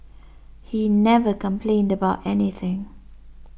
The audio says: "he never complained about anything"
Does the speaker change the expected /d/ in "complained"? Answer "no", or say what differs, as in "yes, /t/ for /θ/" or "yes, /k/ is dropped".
no